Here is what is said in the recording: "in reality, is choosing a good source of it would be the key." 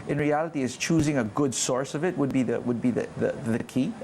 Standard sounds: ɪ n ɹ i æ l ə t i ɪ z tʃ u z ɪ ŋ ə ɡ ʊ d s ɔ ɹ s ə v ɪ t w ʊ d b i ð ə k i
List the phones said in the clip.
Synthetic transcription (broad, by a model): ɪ n ɹ i æ l ə t i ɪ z tʃ u z ɪ ŋ ə ɡ ʊ d s ɔ ɹ s ə v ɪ t w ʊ d b i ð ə k i